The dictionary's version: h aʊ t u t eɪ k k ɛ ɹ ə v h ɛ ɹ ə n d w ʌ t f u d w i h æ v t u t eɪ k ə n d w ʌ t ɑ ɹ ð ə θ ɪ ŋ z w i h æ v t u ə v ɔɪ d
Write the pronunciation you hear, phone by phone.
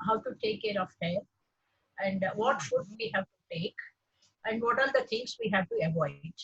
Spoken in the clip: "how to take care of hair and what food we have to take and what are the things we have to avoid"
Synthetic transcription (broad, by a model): h aʊ t u t eɪ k k ɛ ɹ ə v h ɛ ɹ ə n d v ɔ t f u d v i h æ v t u t eɪ k ə n d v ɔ t ɑ ɹ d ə t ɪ ŋ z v i h æ v t u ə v ɔɪ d